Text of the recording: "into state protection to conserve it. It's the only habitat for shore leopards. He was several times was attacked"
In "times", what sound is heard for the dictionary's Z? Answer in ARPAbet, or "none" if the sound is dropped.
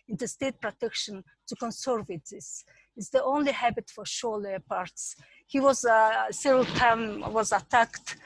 none